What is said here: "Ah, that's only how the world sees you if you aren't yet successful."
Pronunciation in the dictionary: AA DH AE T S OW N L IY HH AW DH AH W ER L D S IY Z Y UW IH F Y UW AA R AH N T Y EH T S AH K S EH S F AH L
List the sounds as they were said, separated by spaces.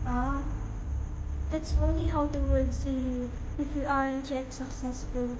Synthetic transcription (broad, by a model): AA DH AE T S OW N L IY HH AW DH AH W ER D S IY Y UW IH F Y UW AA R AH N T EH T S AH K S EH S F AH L